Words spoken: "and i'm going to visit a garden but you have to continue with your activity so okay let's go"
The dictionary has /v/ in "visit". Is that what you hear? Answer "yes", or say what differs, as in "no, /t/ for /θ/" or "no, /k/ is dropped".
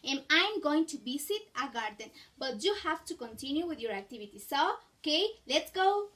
no, /b/ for /v/